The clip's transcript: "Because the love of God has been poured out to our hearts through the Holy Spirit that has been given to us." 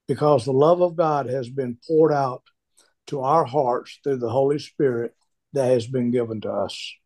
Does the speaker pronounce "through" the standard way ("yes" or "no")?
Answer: yes